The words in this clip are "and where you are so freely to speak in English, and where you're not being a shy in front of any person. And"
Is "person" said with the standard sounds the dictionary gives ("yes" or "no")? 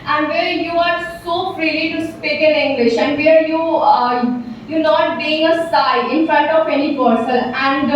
no